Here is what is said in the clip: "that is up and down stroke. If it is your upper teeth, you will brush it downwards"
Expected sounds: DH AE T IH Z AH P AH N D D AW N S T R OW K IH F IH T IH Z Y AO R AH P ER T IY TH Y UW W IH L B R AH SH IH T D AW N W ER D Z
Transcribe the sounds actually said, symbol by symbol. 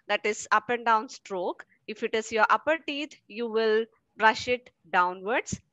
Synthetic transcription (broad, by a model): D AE T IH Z AH P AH N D D AW N S T R OW K IH F IH T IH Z Y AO R AH P ER T IY T Y UW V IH L B R AH SH IH T D AW N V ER D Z